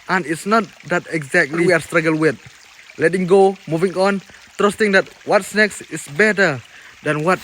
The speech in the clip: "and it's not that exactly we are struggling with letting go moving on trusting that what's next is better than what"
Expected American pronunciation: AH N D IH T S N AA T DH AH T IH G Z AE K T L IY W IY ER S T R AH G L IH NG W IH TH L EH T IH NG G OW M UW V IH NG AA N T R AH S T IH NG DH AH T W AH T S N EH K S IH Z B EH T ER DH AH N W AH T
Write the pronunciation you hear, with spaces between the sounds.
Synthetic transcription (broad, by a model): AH N IH T S N AA T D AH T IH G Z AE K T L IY W IY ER S T R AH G IH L W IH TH L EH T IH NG G OW M UW V IH NG AA N T R AH S T IH NG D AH T W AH T S N EH K S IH S B EH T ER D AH N W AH T